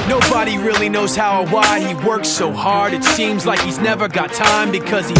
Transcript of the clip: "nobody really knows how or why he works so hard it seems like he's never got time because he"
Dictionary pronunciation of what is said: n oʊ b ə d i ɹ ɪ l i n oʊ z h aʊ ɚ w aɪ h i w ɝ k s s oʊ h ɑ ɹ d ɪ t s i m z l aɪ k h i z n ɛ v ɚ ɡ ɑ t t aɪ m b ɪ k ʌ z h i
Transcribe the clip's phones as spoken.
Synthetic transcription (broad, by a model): n oʊ b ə d i ɹ ɪ l i n oʊ z h aʊ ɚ w aɪ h i w ɝ k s s oʊ h ɑ ɹ d ɪ t s i m z l aɪ k h i z n ɛ v ɚ ɡ ɑ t t aɪ m b ɪ k ʌ z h i